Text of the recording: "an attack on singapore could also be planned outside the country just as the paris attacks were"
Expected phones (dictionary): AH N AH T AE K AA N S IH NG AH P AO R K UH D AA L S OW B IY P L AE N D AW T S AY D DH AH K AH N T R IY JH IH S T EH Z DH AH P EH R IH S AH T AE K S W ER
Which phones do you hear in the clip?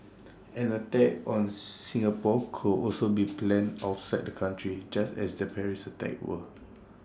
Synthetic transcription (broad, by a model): AH N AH T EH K AA N S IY NG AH P AO K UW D AA L S OW B IY P L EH N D AW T S AY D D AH K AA N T R IY JH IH S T EH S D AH P EH R IH S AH T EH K W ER